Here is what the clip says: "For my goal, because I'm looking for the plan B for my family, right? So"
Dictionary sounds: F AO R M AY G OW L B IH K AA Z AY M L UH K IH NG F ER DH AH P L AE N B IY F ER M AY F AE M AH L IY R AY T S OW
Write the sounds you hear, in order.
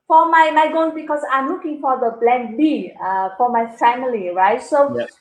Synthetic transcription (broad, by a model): F AO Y M AY G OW N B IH K AA S AY M L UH K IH NG F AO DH AH B L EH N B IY F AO M AY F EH M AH L IY R AY T S OW